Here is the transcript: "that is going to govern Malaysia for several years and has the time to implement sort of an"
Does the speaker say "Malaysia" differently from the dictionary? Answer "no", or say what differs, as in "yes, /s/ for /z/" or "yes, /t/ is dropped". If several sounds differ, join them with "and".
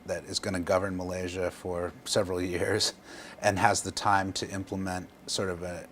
no